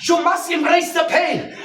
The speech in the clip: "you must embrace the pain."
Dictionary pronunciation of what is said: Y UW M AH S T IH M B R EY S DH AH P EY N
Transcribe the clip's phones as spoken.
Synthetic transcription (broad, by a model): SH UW M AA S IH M R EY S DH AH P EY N